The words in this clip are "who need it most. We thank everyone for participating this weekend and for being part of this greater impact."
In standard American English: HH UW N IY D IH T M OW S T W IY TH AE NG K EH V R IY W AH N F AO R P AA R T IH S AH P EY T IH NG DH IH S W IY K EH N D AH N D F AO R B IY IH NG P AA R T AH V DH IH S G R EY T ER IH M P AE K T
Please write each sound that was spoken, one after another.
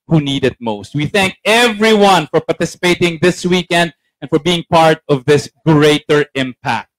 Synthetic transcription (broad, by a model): HH UW N IY D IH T M OW S T W IY TH AE NG K EH V R IY W AH N F AO R P AA R T IH S AH P EY T IH NG DH IH S W IY K EH N D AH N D F AO R B IY IH NG P AA R T AH V DH IH S G R EY T ER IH M P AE K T